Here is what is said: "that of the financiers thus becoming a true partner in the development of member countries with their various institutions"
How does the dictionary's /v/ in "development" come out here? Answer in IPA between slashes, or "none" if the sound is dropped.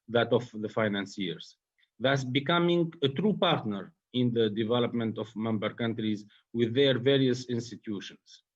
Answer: /v/